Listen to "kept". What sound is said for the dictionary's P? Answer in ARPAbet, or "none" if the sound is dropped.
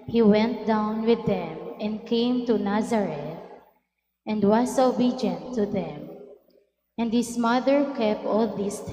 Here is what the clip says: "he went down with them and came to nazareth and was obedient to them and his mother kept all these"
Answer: P